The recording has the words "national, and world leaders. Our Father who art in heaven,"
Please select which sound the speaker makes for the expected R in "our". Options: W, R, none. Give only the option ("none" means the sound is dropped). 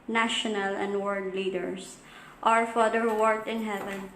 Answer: R